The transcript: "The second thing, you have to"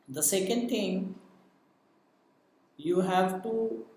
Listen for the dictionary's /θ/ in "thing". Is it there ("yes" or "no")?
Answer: no